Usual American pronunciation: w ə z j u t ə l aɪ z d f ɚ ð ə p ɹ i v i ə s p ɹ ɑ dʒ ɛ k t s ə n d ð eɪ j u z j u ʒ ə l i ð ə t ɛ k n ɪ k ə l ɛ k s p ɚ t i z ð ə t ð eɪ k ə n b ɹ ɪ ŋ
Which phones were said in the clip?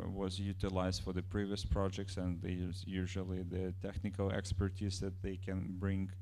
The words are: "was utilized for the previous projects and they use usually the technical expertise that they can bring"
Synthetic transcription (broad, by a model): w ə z j u t ə l aɪ z d f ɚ ð ə p ɹ i v i ə s p ɹ ɑ dʒ ɛ k t s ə n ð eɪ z j u ʒ ə l i ð ə t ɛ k n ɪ k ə l ɛ k s p ɚ t i z ð ə t ð eɪ k ə n b ɹ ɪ ŋ